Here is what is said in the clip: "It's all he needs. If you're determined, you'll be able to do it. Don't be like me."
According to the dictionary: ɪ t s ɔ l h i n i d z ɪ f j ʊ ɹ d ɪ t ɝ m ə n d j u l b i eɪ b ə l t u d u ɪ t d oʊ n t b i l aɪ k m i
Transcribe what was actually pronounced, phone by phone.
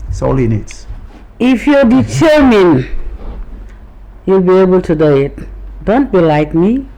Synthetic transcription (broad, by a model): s ɔ l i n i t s ɪ f j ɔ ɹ d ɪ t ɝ m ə n j u l b i eɪ b ə l t u d u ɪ t d oʊ n t b i l aɪ k m i